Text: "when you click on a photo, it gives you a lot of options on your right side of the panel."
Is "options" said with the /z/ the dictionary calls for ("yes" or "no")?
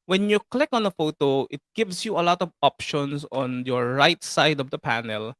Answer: no